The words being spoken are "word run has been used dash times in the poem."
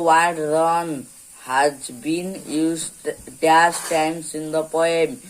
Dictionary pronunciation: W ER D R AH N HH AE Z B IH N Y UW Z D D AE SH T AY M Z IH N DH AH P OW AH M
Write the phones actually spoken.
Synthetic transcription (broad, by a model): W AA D R AH N HH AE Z B IH N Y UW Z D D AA S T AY M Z IH N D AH P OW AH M